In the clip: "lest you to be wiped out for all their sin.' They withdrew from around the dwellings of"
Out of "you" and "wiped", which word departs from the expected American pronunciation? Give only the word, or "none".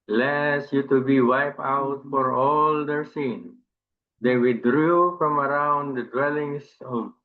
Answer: wiped